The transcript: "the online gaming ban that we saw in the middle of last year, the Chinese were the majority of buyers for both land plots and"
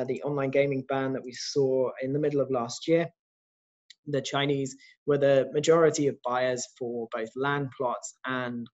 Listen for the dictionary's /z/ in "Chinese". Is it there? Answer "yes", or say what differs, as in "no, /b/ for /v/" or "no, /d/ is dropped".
yes